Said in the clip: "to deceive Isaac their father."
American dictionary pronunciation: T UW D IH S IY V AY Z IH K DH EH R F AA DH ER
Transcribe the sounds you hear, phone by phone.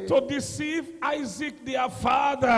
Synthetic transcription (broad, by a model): T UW D IH S IY V AY Z IH K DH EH F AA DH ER